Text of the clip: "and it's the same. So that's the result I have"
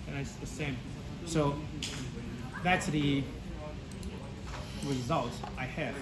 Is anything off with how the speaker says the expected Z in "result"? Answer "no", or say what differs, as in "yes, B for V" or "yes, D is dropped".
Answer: no